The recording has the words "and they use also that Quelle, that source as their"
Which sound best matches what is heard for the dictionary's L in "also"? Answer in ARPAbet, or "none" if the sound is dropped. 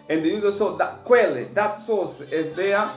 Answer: none